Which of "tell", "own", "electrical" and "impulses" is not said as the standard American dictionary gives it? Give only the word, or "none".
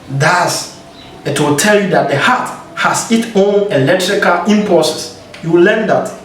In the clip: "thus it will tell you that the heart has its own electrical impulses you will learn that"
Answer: impulses